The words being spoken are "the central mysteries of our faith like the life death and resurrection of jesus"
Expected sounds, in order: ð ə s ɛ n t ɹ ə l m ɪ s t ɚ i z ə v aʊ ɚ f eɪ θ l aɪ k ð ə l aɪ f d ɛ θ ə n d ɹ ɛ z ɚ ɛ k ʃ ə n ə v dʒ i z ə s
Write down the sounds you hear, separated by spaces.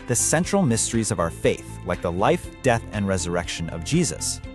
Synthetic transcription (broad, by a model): ð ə s ɛ n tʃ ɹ l m ɪ s t ɚ i z ə v aʊ ɚ f eɪ θ l aɪ k ð ə l aɪ f d ɛ θ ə n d ɹ ɛ z ɚ ɛ k ʃ ə n ə v dʒ i z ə s